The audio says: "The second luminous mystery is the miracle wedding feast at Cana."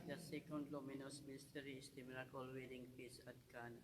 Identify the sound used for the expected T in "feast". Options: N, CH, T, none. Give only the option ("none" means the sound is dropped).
none